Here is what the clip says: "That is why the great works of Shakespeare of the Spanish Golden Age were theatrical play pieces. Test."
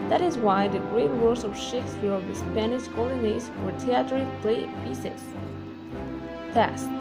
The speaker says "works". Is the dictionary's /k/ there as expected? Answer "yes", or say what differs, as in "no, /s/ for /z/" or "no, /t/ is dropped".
no, /k/ is dropped